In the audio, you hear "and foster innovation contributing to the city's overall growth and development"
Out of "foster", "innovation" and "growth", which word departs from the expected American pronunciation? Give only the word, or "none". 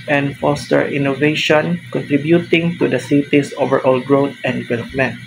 growth